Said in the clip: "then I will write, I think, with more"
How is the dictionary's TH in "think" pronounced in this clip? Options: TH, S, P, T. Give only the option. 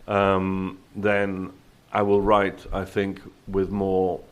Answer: TH